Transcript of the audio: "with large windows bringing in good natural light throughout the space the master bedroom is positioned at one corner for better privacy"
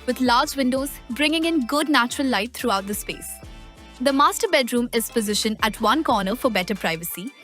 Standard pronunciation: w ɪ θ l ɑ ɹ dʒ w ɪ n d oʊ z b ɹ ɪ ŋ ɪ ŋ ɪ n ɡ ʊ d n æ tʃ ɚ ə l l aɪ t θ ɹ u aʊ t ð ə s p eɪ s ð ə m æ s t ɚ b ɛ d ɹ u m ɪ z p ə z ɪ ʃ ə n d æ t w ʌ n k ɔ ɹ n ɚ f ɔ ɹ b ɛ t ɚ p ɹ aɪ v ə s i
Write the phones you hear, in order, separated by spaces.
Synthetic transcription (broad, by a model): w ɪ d l ɑ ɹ dʒ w ɪ n d oʊ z b ɹ ɪ ŋ ɪ ŋ ɪ n ɡ ʊ d n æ tʃ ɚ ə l l aɪ t t ɹ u aʊ t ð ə s p eɪ s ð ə m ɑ s t ɚ b ɛ d ɹ u m ɪ z p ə z ɪ ʃ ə n æ t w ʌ n k ɔ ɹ n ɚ f ɔ ɹ b ɛ t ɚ p ɹ aɪ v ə s i